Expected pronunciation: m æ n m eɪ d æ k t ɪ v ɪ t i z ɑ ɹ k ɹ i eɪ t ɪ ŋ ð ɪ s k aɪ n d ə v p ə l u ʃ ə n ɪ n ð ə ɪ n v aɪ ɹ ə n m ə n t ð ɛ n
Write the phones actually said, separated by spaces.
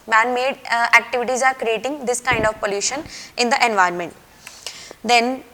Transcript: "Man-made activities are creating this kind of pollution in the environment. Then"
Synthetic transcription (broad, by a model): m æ n m eɪ d æ k t ɪ v ɪ t i z ɑ ɹ k ɹ i eɪ t ɪ ŋ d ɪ s k aɪ n d ə v p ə l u ʃ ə n ɪ n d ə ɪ n v aɪ ə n m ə n t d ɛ n